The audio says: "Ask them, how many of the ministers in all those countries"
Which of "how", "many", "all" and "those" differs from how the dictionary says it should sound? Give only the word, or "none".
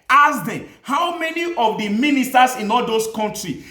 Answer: those